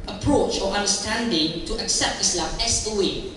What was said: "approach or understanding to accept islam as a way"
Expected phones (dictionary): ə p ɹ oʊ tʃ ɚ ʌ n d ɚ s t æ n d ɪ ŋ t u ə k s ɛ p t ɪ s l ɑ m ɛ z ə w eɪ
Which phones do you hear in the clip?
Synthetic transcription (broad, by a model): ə p ɹ oʊ tʃ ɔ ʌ n d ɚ s t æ n d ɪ ŋ t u ə k s ɛ p t ɪ s l ɑ m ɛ s ə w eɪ